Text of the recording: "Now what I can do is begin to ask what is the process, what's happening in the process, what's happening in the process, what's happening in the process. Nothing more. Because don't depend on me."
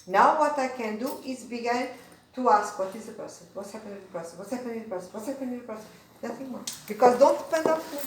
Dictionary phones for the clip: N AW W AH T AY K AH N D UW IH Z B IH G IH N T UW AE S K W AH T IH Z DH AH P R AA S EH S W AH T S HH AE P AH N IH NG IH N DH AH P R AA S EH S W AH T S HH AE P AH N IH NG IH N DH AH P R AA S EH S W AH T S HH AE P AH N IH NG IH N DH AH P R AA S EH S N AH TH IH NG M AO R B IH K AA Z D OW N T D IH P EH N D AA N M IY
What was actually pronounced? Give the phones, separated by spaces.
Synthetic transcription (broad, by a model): N AW W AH T AY K AH N D UW IH Z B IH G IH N T UW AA S K W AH T IH Z DH AH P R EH S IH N W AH T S HH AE P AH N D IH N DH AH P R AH S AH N W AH T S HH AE P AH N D IH N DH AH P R S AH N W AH T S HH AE P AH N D IH N DH AH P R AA S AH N N AH TH IH NG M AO B IH K AA Z D OW N T D IH P EH N D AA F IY